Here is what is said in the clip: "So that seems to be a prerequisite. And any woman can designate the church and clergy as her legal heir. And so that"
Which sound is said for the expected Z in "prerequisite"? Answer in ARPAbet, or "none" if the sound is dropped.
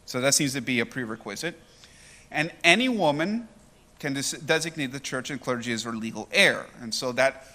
Z